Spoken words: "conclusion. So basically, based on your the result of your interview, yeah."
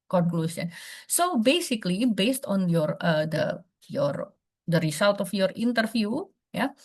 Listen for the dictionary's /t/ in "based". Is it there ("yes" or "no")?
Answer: yes